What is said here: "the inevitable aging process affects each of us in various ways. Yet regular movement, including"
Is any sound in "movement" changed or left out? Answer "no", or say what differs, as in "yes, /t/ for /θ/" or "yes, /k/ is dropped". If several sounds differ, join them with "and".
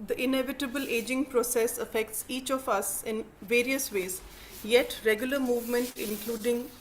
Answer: no